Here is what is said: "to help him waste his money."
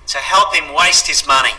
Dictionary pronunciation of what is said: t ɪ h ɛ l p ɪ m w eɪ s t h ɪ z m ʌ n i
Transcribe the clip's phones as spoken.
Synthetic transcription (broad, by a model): t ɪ h ɛ l p ɪ m w eɪ s t h ɪ z m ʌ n i